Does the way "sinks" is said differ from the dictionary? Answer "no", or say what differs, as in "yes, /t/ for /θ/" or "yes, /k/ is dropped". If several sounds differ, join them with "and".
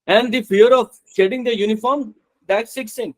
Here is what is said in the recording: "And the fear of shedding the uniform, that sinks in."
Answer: yes, /ŋ/ is dropped